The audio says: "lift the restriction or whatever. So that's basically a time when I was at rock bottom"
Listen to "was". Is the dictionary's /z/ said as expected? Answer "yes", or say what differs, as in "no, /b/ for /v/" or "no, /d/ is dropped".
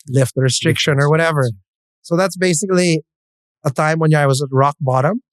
yes